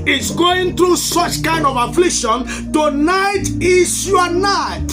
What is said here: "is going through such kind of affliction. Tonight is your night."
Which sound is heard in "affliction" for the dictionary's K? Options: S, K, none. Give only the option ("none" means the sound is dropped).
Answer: K